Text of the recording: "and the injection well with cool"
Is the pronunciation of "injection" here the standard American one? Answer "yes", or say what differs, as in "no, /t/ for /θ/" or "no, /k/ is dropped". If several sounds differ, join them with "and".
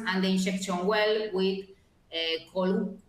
no, /ʃ/ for /dʒ/